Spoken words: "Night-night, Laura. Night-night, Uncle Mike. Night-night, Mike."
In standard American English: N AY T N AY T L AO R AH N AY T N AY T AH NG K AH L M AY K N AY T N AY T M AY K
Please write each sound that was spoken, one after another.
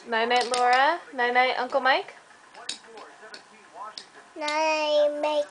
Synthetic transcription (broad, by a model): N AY N AY T L AO R AH N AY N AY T AH NG K AH L M AY K N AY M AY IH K